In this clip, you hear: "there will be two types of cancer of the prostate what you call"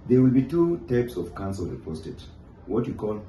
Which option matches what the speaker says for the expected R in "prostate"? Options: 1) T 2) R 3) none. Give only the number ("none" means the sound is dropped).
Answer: 3